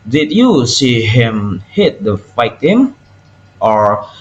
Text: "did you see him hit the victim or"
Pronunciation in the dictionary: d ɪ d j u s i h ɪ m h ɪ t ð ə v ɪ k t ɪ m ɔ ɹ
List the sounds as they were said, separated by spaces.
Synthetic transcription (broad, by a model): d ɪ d j u s i h ɪ m h ɪ t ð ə f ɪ t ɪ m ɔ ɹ